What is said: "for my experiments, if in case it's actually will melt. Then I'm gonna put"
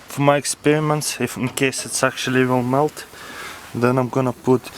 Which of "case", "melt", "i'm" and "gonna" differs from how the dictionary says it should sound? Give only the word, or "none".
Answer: none